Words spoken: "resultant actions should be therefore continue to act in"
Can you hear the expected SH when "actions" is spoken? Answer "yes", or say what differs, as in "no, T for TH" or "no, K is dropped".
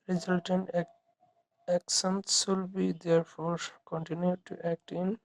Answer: no, S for SH